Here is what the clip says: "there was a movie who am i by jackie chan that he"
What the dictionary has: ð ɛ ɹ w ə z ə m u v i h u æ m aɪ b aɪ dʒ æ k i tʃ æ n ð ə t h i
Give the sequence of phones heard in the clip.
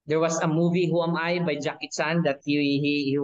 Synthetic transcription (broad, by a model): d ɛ ɹ w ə s ə m u v i h u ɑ m aɪ b aɪ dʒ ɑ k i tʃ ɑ n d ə t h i